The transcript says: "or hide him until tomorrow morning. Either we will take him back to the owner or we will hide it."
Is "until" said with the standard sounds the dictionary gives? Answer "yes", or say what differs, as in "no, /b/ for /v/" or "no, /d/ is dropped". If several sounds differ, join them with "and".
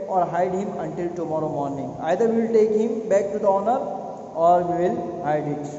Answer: yes